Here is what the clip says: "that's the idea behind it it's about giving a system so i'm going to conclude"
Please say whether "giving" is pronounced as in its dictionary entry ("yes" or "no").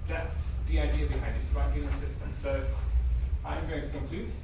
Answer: no